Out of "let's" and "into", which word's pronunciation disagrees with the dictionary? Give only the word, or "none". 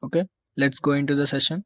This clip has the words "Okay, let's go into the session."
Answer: none